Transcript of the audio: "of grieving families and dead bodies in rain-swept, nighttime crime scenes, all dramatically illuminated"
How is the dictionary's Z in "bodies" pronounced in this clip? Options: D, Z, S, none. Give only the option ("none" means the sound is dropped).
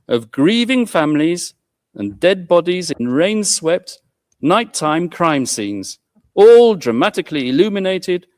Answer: Z